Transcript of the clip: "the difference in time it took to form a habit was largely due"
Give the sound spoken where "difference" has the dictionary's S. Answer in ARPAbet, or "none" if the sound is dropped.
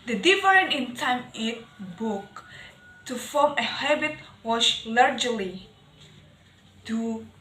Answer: none